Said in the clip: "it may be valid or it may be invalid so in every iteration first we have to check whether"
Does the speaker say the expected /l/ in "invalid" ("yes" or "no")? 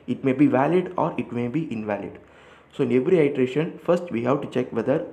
yes